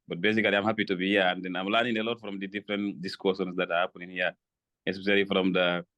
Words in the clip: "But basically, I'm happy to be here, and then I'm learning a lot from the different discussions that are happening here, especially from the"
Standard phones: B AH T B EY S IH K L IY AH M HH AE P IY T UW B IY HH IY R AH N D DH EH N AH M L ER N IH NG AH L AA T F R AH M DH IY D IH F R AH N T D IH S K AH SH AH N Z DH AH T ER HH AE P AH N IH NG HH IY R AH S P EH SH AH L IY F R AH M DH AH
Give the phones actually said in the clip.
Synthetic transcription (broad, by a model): B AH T B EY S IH K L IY AH M HH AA P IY T UW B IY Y AH N D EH N AH M L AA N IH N AH L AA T F R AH M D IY D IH F R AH N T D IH S K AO S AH N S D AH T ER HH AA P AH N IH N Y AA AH S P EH S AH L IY F R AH M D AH